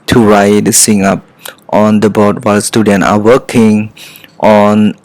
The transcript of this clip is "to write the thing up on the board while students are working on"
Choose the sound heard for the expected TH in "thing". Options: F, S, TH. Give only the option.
S